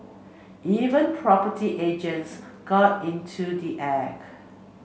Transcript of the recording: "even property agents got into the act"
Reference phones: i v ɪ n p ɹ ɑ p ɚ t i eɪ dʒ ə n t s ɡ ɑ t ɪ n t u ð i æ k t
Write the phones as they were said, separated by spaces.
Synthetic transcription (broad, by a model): i v ɪ n p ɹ ɑ p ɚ t i eɪ dʒ ə n t s ɡ ɑ t ɪ n t u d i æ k